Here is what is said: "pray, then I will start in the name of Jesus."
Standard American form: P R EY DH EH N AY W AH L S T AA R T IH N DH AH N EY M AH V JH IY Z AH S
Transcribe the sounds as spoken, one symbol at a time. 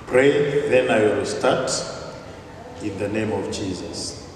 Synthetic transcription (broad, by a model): P R EY DH EH N AY W AH L S T AA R T IH N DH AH N EY M AH V JH IY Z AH S